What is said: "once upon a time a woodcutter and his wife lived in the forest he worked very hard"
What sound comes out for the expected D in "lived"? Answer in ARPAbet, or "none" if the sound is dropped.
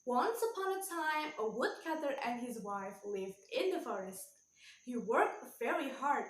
D